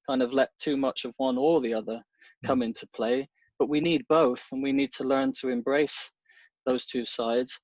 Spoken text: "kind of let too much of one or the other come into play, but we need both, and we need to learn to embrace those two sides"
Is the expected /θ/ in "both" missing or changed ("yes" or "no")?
no